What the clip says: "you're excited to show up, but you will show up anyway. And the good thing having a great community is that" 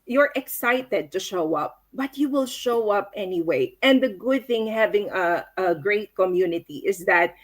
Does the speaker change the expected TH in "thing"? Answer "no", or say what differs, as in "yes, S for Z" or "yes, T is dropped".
no